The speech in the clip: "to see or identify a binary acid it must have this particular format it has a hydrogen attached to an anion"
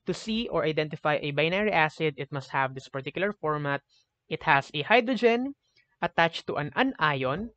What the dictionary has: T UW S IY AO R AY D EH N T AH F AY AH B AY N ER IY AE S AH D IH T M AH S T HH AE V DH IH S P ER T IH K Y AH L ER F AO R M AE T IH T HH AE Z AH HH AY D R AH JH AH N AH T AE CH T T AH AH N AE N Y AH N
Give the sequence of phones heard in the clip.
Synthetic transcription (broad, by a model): T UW S IY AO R AY D EH N T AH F AY AH B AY N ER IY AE S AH D IH T M AH S T HH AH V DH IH S P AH T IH K Y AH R F AO R M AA T IH T HH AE S AH HH AY D R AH JH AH N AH T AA CH T T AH AH N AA Y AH N